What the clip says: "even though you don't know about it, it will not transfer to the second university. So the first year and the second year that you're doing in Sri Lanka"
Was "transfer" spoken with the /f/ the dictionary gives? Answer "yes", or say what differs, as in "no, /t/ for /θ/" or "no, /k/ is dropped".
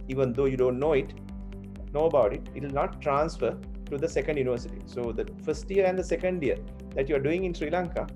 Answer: yes